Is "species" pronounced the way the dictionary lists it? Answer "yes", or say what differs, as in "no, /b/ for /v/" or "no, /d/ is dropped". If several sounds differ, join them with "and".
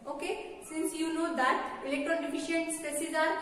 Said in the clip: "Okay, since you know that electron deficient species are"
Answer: no, /s/ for /ʃ/